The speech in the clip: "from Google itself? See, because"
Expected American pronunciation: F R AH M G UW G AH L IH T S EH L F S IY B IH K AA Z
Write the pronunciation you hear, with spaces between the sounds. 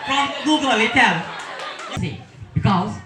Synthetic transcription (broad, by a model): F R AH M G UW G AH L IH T EH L S IY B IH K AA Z